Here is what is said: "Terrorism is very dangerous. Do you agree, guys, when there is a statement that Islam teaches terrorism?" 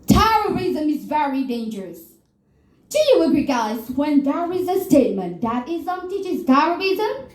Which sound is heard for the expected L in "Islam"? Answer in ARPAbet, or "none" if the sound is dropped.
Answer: none